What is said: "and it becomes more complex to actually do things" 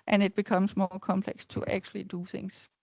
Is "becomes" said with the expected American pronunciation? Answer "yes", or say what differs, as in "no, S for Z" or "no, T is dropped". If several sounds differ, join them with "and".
no, S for Z